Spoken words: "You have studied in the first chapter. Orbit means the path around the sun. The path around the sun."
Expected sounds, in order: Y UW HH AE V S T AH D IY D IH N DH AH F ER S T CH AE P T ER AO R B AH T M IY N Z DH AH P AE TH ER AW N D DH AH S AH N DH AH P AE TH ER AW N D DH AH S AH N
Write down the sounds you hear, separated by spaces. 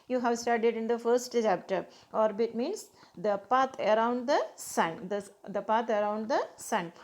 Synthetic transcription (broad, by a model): Y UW HH AE V S T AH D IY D IH N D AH F ER S T CH AE P T ER AO R B AH T M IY N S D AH P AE T ER AW N D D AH S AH N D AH P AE T ER AW N D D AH S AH N